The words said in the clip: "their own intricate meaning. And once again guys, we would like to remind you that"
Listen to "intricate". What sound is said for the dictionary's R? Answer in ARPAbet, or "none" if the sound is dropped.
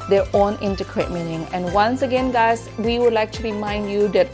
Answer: none